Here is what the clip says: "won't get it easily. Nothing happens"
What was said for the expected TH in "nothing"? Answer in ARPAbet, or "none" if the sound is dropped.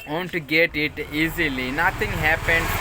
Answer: T